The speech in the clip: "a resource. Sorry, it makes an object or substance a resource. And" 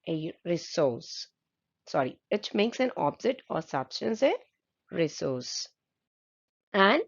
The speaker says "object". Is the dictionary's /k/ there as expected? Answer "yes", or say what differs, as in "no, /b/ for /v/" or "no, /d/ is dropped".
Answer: no, /k/ is dropped